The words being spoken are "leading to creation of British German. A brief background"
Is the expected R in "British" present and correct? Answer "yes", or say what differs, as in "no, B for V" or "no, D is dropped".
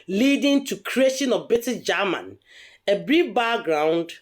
no, R is dropped